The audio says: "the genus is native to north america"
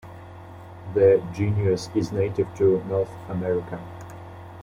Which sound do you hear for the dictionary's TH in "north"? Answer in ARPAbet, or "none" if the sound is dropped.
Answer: TH